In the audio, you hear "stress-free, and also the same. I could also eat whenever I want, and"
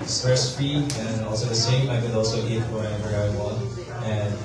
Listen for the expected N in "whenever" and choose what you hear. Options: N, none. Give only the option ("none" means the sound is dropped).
none